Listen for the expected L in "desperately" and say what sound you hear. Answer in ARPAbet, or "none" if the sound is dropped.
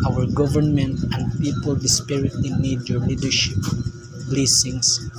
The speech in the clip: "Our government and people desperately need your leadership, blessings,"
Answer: none